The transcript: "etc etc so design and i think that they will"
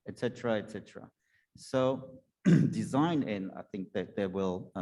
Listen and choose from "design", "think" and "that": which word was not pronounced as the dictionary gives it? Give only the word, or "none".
none